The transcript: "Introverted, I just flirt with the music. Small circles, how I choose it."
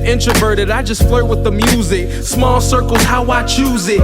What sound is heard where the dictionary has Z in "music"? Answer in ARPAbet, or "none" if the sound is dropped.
Z